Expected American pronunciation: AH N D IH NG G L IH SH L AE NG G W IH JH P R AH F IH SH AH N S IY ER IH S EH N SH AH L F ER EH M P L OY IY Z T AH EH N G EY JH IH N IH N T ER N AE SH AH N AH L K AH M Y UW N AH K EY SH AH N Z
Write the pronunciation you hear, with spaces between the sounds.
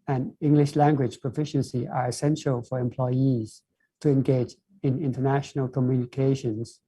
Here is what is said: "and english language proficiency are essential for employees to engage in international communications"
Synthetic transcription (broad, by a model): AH N IH NG G L IH SH L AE NG G W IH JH P R AH F IH SH AH N S IY ER IH S EH N SH AH L F ER EH M P L OY IY Z T AH EH N G EY JH IH N IH N T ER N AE SH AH N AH L K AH M Y UW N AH K EY SH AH N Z